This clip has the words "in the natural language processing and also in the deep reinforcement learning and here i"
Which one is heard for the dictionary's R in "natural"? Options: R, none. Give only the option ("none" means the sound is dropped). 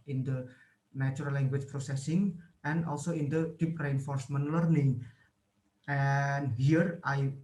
none